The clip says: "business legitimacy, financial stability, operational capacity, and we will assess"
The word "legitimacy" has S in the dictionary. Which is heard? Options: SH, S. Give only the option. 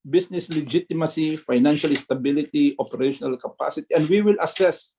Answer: S